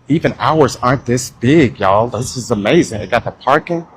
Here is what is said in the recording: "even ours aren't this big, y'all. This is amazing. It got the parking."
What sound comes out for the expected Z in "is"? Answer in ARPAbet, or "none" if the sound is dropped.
Z